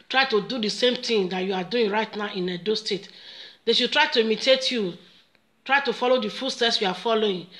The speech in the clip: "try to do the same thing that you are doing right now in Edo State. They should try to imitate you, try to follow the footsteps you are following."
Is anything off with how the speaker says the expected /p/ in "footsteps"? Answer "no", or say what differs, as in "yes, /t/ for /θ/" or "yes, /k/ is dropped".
yes, /p/ is dropped